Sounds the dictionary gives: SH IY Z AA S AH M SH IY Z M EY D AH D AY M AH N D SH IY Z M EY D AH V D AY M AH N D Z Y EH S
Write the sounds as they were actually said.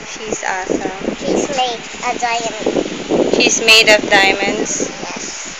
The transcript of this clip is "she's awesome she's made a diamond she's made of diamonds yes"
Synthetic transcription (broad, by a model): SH IY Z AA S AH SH IY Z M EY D AH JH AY AH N SH IY Z M EY D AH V D AY M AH N D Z Y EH S